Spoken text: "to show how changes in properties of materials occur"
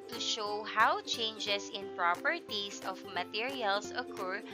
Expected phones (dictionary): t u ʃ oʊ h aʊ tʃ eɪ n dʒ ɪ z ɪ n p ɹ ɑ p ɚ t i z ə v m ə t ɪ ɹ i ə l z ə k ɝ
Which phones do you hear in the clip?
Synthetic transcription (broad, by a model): t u ʃ oʊ h aʊ tʃ eɪ n dʒ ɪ s ɪ n p ɹ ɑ p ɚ t i s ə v m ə t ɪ ɹ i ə l s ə k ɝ